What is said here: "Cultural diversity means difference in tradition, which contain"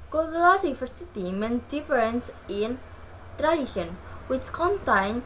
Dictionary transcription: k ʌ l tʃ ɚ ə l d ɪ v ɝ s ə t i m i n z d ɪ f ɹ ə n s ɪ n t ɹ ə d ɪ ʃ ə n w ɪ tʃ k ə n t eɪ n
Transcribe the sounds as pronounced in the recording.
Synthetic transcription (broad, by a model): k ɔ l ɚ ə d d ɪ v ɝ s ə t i m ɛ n d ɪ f ɹ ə n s ɪ n t ɹ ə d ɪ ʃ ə n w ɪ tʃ k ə n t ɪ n